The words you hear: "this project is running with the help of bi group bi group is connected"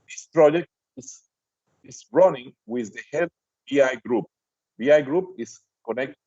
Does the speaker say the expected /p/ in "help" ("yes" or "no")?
no